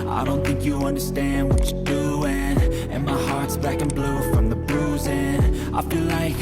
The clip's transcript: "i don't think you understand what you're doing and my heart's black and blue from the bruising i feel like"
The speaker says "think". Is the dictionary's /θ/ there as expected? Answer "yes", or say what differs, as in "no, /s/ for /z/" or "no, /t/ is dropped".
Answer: yes